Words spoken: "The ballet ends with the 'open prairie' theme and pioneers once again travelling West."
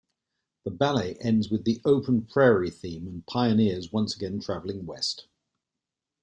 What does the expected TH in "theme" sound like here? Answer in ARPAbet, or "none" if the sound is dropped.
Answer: TH